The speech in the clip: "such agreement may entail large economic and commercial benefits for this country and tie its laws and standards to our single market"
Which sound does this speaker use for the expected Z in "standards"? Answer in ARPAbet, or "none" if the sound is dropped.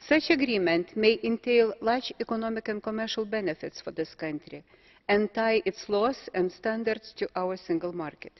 S